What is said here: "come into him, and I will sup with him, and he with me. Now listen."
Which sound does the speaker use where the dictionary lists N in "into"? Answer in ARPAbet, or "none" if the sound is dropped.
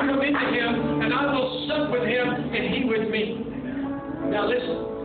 none